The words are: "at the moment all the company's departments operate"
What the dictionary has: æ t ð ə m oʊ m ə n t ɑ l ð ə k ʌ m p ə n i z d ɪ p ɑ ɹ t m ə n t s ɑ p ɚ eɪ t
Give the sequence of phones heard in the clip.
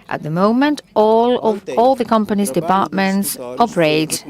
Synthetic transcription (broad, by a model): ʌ t ð ə m oʊ m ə n t ɑ l ð ə k ʌ m p ə n i z d ɪ p ɑ ɹ t m ə n t s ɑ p ɚ eɪ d